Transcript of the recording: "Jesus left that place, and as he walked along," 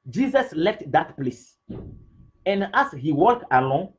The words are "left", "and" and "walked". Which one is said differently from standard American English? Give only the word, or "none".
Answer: walked